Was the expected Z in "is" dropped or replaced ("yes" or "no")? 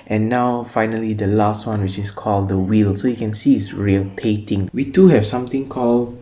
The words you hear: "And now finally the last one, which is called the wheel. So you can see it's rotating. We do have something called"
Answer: yes